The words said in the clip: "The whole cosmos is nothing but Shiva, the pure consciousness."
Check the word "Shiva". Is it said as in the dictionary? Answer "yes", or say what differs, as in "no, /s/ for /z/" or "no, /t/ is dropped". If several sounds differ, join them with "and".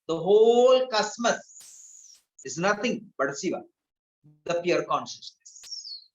no, /s/ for /ʃ/